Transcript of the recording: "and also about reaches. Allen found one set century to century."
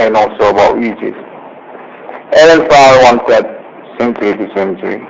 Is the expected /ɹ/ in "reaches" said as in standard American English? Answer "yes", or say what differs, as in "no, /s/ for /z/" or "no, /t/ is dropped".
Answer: no, /w/ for /ɹ/